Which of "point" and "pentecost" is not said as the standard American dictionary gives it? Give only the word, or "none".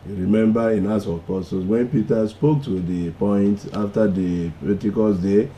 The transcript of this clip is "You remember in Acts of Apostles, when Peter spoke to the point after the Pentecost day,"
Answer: pentecost